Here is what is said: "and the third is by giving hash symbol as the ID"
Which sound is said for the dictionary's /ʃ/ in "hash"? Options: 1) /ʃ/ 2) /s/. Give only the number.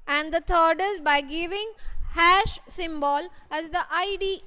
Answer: 1